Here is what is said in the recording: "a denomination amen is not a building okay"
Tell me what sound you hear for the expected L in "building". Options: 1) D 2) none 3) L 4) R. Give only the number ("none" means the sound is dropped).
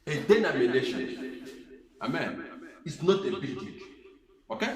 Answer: 2